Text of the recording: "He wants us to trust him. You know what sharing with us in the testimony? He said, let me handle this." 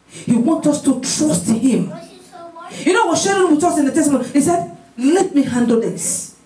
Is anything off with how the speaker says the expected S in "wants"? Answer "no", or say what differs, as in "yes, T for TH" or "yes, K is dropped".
yes, S is dropped